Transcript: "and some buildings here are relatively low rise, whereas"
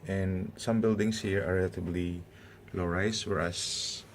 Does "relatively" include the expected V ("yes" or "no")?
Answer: no